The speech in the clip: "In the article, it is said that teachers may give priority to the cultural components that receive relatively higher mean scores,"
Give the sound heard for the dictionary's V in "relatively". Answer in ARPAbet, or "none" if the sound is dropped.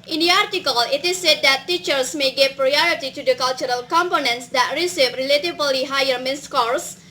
B